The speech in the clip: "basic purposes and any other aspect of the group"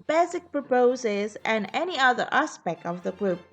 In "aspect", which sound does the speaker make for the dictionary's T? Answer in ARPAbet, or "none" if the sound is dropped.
T